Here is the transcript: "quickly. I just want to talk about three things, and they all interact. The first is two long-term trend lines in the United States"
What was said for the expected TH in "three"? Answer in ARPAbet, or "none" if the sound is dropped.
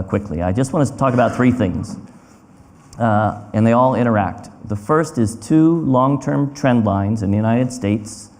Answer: TH